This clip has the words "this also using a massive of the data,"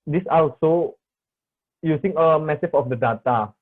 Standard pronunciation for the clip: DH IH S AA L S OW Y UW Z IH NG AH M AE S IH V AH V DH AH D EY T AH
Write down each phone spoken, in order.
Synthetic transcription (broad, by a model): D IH S AA L S OW Y UW S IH NG AH M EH S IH F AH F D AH D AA T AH